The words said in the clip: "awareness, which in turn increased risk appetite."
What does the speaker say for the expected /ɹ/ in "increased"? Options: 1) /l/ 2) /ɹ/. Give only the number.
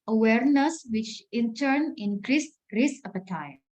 2